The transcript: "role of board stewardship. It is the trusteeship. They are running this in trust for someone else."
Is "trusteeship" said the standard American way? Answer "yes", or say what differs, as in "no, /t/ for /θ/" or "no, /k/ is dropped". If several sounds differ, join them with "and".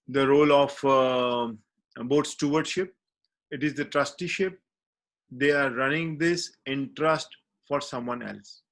yes